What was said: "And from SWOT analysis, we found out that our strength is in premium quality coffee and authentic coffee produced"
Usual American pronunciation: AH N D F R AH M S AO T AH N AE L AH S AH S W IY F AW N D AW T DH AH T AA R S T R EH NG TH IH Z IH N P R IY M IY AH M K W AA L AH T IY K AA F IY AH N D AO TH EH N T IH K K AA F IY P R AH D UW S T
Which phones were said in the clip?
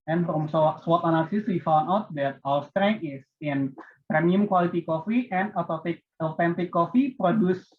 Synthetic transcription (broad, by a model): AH N F R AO M S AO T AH N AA L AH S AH S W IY F AW N AW T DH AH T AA L S T R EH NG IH S IH N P R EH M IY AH M K W AA L AH T IY K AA F IY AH N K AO T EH N T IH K K AA F IY P R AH D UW S